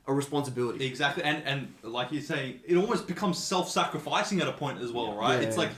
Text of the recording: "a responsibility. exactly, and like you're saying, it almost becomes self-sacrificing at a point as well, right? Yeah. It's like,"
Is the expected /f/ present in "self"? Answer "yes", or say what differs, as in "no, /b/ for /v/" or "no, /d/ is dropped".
yes